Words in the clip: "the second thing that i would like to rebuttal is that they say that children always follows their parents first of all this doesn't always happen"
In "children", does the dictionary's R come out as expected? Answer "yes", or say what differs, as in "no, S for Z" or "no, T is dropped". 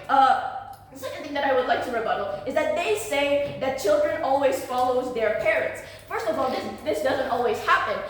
yes